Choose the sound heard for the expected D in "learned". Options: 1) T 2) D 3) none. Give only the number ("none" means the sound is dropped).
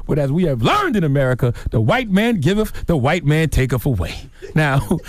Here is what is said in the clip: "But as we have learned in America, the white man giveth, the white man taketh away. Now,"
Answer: 2